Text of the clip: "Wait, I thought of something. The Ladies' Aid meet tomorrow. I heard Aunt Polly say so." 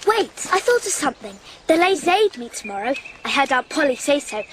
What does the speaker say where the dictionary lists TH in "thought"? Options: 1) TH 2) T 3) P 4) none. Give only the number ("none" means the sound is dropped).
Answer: 1